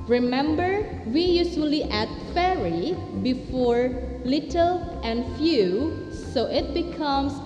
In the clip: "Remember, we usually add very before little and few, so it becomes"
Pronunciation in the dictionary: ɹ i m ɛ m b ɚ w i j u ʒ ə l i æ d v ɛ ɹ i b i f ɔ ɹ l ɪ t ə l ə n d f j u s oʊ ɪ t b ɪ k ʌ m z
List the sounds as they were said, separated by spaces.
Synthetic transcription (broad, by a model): ɹ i m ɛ m b ɚ w i j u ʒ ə l i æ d f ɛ ɹ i b i f ɔ ɹ l ɪ t ə l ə n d f j u s oʊ ɪ t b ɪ k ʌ m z